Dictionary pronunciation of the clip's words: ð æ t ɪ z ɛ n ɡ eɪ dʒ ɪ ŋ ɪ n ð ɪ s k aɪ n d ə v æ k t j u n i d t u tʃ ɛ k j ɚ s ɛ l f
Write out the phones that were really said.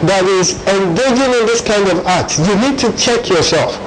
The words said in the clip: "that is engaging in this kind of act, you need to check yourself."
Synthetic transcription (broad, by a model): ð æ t ɪ z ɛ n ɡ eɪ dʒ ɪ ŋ ɪ n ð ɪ s k aɪ n d ə v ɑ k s j u n i d t u tʃ ɛ k j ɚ s ɛ l f